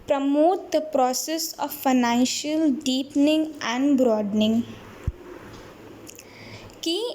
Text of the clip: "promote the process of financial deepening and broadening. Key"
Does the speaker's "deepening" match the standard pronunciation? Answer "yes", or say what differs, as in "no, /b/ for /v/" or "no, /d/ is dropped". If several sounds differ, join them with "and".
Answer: yes